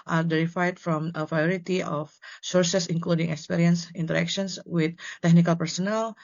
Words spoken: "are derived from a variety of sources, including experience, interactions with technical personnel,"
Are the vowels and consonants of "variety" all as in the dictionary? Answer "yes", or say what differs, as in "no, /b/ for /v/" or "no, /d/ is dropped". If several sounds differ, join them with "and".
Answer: no, /p/ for /v/